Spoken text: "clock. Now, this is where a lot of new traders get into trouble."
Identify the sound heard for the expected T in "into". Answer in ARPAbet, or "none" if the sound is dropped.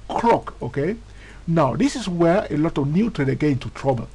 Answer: T